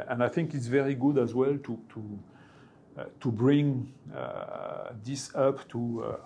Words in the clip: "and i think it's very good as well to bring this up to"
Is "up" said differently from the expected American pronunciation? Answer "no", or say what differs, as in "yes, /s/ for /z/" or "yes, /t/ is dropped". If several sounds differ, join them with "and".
no